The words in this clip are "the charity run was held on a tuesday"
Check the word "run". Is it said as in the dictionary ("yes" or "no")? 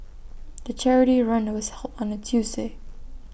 yes